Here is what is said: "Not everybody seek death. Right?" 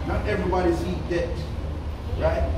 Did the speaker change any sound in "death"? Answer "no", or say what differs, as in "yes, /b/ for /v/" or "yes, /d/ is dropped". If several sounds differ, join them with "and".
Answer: yes, /t/ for /θ/